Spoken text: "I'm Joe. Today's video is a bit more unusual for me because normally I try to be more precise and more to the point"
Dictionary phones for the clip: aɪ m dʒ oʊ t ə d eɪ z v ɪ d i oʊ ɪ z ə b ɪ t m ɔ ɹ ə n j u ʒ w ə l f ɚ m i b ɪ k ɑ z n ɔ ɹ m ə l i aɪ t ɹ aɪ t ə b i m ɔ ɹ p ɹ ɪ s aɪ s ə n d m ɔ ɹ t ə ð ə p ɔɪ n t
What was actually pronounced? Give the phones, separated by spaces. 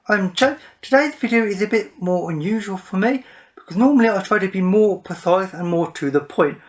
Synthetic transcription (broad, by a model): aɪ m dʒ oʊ t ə d eɪ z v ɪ d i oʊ ɪ z ə b ɪ t m ɔ ɹ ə n j u ʒ w ə l f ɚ m i b ɪ k ɑ z n ɔ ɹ m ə l i aɪ t ɹ aɪ t ə b i m ɔ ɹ p ɪ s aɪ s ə n m ɔ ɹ t ə ð ə p ɔɪ n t